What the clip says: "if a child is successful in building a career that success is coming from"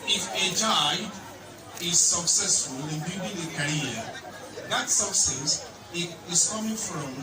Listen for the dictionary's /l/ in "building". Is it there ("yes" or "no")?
no